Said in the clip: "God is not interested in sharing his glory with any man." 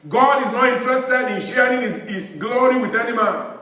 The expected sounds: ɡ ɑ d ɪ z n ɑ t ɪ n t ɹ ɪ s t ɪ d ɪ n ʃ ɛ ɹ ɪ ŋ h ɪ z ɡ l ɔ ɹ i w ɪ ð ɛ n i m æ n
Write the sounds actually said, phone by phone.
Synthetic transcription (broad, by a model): ɡ ɑ d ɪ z n ɑ t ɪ n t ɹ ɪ s t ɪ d ɪ n ʃ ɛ ɹ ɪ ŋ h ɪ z ɡ l ɔ ɹ i w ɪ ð ɛ n i m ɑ n